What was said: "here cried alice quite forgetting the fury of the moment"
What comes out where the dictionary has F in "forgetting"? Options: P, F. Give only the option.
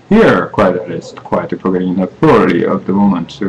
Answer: P